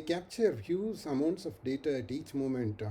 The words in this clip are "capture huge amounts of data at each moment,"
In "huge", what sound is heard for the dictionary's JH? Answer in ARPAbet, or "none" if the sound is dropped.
Z